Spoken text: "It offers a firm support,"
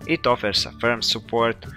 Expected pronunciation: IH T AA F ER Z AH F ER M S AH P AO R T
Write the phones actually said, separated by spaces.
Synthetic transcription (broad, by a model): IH T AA F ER S AH F ER M S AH P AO R T